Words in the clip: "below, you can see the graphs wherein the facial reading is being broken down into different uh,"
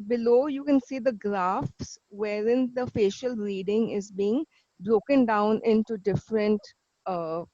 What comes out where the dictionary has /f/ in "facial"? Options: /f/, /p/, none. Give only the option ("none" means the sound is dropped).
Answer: /f/